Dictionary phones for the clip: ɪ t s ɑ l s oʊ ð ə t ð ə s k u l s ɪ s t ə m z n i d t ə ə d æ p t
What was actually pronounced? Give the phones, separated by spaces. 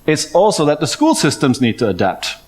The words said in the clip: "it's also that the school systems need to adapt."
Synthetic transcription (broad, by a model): ɪ t s ɑ l s oʊ ð ə t ð ə s k u l s ɪ s t ə m z n i d t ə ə d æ p t